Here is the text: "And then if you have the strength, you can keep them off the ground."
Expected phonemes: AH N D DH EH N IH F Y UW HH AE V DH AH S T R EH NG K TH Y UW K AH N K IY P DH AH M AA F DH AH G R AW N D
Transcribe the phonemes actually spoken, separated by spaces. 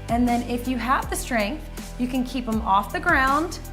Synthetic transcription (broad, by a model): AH N DH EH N IH F Y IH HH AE V DH AH S T R EH NG K TH Y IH K AH N K IY P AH M AA F DH AH G R AW N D